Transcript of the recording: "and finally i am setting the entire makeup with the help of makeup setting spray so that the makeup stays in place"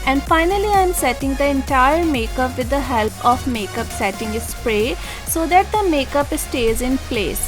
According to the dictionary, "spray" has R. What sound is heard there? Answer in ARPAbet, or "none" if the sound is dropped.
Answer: R